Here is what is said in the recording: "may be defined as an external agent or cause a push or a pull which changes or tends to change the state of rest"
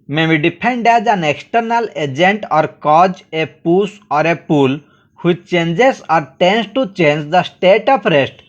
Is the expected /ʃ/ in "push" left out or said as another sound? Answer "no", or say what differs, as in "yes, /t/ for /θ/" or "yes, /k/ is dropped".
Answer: yes, /s/ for /ʃ/